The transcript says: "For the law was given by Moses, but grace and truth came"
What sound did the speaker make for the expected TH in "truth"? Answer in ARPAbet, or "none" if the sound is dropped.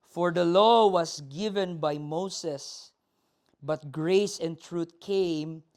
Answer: T